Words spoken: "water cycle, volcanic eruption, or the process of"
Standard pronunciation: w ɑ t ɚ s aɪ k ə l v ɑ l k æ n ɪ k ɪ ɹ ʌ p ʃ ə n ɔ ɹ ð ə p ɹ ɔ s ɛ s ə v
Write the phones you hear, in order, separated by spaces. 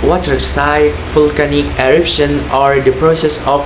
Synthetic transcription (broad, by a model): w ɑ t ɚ s aɪ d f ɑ l k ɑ n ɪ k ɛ ɹ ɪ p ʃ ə n ɔ ɹ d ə p ɹ ɔ s ɛ s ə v